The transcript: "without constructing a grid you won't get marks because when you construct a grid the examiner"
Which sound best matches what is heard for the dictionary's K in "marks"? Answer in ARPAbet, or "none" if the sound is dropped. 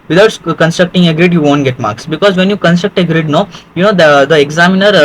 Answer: K